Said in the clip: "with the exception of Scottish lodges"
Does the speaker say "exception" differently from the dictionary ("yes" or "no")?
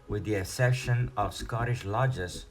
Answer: yes